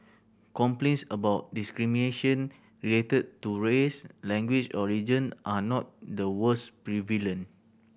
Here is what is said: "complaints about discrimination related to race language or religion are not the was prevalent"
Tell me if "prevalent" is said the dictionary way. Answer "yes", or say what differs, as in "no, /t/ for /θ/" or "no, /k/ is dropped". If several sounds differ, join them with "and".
no, /t/ is dropped